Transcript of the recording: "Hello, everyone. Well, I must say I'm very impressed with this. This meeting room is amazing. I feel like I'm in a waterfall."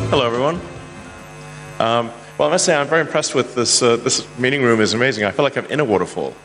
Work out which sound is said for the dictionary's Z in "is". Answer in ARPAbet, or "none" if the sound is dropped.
Z